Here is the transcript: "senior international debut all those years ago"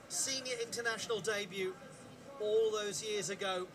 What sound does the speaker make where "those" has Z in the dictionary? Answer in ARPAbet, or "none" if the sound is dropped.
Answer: Z